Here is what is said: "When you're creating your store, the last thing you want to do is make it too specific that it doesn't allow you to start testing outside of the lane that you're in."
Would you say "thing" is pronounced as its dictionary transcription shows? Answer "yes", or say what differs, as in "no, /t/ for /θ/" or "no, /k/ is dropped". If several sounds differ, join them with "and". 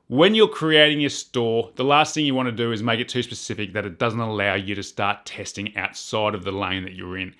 yes